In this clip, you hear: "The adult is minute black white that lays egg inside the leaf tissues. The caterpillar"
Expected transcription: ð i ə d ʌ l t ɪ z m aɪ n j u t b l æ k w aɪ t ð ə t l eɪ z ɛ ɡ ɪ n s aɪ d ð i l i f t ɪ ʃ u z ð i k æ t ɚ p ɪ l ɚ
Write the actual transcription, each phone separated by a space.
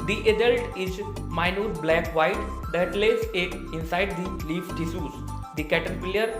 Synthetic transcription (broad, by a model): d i ə d ʌ l t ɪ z m aɪ n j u t b l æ k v aɪ t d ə t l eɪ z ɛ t ɪ n s aɪ d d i l i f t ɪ s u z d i k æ t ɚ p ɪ l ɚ